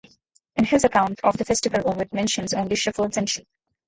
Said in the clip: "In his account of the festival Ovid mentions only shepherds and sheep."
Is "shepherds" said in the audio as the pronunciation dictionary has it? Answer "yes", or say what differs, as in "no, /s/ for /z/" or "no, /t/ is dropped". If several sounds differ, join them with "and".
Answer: no, /f/ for /p/